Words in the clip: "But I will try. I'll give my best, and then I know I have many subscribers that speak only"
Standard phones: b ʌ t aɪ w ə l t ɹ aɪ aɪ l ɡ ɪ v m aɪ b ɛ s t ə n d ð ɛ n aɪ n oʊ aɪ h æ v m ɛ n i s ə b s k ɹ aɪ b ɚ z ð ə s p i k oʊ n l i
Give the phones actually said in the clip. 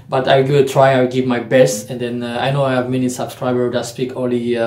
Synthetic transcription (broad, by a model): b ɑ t aɪ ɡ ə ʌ t ɹ aɪ aɪ w ɡ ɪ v m aɪ b ɛ s t ə n d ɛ n aɪ n oʊ aɪ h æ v m ɛ n i s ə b s k ɹ aɪ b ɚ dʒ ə s p i k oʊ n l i